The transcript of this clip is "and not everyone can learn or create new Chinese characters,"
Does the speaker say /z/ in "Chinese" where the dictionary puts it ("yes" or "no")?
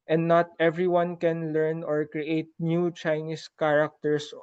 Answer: no